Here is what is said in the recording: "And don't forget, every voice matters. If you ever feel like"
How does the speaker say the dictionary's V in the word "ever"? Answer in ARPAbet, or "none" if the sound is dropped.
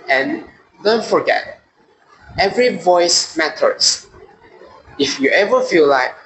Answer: V